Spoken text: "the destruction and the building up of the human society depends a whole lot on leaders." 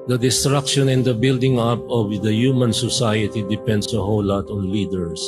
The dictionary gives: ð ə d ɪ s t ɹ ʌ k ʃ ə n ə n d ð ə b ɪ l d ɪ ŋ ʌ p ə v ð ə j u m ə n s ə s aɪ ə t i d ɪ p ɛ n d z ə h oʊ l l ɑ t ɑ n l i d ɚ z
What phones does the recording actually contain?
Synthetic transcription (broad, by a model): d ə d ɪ s t ɹ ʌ k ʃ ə n ə n d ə b ɪ l d ɪ ŋ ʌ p ə v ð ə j u m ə n s ə s aɪ ə t i d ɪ p ɛ n d s ə h oʊ w l ɑ t ɑ n l i d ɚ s